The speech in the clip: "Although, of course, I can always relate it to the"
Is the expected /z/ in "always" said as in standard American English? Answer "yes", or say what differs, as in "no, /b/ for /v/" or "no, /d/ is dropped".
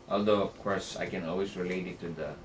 no, /s/ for /z/